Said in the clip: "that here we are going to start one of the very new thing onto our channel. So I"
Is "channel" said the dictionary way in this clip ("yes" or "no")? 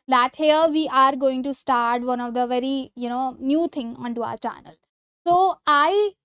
yes